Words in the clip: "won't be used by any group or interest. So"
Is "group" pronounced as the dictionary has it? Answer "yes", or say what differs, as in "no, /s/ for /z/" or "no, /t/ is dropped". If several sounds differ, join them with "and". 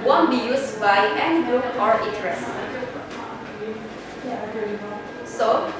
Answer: no, /p/ is dropped